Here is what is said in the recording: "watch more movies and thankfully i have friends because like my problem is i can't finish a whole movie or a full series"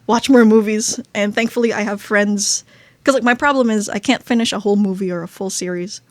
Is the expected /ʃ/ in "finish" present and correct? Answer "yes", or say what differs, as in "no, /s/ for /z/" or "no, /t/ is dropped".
yes